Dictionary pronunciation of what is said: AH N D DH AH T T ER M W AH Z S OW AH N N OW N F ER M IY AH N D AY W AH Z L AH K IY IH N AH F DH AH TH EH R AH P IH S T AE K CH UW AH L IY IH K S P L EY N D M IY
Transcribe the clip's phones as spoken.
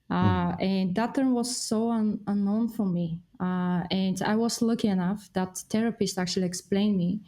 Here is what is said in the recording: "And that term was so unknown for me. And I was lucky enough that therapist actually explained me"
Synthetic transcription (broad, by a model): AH N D DH AH T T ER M W AH Z S OW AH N N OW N F ER M IY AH N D AY W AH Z L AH K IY IH N AH F DH AH T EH R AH P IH S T AE K CH UW AH L IY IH K S P L EY N M IY